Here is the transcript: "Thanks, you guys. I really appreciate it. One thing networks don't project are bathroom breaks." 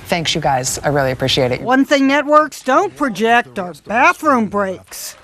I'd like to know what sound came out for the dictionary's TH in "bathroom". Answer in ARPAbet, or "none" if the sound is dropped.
TH